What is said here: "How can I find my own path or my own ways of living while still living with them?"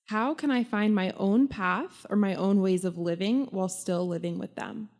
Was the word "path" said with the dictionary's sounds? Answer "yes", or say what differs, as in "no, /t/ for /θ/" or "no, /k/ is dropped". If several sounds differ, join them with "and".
yes